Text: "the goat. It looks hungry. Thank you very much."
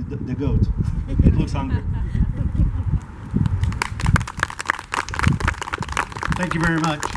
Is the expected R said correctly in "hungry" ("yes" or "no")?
no